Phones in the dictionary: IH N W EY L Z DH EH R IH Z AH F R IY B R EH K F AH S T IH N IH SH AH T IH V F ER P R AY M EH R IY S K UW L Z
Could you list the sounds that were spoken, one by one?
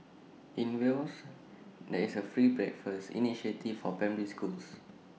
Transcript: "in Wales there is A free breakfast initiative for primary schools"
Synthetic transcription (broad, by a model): IH N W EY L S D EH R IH S AH F R IY B R EH K F AH S T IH N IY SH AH T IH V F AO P EH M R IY S K UW L S